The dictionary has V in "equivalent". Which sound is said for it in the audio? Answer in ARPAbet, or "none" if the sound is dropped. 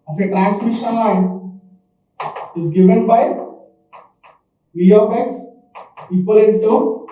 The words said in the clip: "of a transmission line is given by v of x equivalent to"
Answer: P